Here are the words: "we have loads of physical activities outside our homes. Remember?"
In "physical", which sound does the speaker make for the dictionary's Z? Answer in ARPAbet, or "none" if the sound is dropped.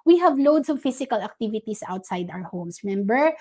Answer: S